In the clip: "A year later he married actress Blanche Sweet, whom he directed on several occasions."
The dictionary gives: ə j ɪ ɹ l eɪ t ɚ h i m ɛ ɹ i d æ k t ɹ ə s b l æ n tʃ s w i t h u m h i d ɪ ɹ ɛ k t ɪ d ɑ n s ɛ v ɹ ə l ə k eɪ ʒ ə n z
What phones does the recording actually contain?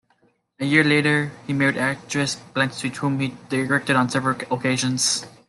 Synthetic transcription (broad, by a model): ə j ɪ ɹ l eɪ t ɚ h i m ɛ ɹ i d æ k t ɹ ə s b l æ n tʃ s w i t h u m h i d ɪ ɹ ɛ k t ɪ d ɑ n s ɛ v ɹ ə l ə k eɪ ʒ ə n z